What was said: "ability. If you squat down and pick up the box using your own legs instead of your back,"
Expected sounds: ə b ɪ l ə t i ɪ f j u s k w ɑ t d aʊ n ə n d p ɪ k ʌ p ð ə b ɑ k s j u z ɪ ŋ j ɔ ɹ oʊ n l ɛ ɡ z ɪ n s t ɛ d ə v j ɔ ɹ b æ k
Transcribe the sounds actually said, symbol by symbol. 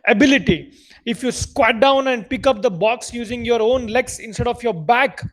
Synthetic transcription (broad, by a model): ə b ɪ l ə t i ɪ f j u s k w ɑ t d aʊ n ə n d p ɪ k ʌ p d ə b ɑ k s j u z ɪ ŋ j ɔ ɹ oʊ n l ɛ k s ɪ n s t ɛ d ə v j ɔ ɹ b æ k